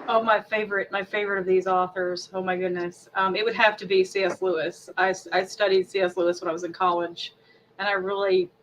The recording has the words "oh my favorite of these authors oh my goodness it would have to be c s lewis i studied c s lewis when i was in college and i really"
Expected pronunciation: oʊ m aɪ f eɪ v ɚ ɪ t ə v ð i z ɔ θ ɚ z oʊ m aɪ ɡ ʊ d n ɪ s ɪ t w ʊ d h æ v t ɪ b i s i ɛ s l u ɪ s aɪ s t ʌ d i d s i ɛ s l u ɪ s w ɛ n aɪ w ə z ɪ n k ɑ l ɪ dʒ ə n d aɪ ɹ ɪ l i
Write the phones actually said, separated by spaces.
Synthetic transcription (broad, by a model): oʊ m aɪ f eɪ v ɚ ɪ t ə v ð i z ɔ θ ɚ z oʊ m aɪ ɡ ʊ d n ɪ s ɪ t w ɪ d h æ f t ɪ b i s i ɛ s l u ɪ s aɪ s t ʌ d i d s i ɛ s l u ɪ s w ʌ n aɪ w ə z ɪ n k ɑ l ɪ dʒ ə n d aɪ ɹ ɪ l i